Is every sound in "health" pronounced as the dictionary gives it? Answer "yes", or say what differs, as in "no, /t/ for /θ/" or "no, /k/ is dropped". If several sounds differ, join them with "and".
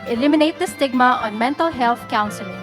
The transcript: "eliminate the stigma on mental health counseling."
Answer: no, /t/ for /θ/